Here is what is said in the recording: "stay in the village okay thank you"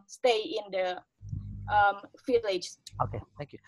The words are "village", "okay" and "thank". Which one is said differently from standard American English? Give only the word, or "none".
village